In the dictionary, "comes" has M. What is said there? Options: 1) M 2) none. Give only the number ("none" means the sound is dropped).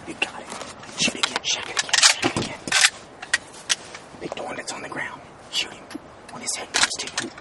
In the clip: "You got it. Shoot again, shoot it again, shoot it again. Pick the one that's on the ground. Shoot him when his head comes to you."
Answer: 2